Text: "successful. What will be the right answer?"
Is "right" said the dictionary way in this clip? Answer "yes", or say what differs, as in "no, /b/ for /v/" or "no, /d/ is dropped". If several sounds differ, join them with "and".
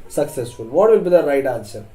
yes